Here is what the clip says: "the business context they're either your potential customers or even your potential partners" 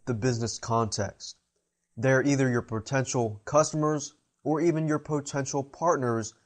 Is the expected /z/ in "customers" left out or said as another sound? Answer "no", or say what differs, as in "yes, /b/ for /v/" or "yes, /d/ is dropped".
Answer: no